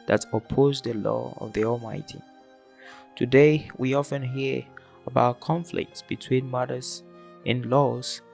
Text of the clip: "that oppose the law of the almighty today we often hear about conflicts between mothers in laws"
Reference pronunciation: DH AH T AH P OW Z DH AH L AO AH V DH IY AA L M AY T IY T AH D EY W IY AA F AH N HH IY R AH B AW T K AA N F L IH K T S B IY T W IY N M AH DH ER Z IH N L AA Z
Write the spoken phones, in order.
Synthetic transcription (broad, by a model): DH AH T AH P OW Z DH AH L AO AH V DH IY AA L M AY T IY T AH D EY W IY AA F AH N HH IY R AH B AW T K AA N F L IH K T S B IY T W IY N M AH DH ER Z IH N L AA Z